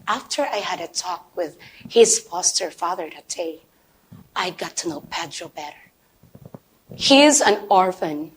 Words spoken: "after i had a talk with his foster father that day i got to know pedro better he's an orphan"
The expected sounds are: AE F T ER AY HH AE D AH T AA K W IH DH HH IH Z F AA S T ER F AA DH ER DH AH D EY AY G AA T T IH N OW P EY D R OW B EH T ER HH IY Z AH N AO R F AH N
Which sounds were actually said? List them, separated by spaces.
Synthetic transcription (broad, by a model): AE F T ER AY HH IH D AH T AA K W IH DH HH IH Z F AA S T ER F AA DH ER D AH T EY AY G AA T T IH N OW P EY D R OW B EH T ER HH IY Z AH N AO R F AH N